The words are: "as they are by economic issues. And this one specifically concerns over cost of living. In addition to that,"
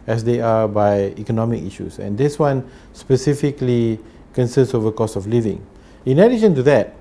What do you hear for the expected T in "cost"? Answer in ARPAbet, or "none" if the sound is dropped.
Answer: none